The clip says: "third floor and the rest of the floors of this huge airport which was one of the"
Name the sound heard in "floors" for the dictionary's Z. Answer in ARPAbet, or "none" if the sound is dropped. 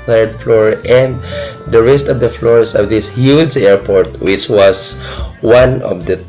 S